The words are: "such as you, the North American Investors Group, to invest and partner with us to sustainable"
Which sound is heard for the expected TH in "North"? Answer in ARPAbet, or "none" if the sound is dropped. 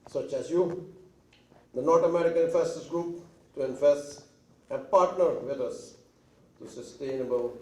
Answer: T